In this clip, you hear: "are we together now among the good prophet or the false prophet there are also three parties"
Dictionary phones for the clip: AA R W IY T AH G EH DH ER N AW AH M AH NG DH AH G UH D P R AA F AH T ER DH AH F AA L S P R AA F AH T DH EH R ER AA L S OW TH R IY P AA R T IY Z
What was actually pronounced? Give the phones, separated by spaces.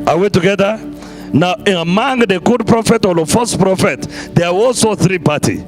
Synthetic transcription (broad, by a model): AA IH W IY T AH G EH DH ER N AW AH M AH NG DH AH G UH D P R AA F AH T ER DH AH F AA S P R AA F AH T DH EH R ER AA L S OW TH R IY P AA T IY